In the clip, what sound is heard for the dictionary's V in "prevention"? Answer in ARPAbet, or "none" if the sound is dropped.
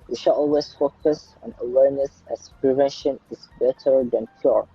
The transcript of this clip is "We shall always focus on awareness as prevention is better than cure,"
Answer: V